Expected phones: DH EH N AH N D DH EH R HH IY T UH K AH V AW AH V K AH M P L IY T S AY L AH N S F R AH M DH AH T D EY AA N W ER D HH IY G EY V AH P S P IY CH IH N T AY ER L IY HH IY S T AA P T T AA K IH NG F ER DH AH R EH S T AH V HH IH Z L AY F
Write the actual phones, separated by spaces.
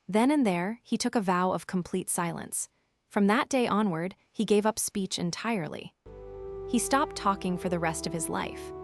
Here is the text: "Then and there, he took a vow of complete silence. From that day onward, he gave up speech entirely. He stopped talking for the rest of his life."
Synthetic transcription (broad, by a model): DH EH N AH N DH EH R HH IY T UH K AH V AW AH V K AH M P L IY T S AY L AH N S F R AH M DH AH T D EY AA N W ER D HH IY G EY V AH P S P IY CH IH N T AY ER L IY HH IY S T AA P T T AA K IH NG F ER DH AH R EH S T AH V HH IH Z L AY F